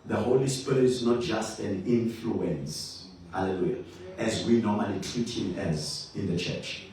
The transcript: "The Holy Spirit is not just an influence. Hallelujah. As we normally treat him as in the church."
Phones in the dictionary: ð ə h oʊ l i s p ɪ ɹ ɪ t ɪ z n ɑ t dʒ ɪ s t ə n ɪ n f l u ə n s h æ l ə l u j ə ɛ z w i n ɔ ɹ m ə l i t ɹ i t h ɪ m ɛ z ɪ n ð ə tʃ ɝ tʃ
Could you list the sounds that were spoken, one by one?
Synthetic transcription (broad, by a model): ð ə h oʊ l i s p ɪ ɪ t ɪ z n ɑ t dʒ ɪ s t ə n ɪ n f l u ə n s h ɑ l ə l u j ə ɛ z w i n ɔ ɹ m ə l i t ɹ i t h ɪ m ɛ z ɪ n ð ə tʃ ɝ tʃ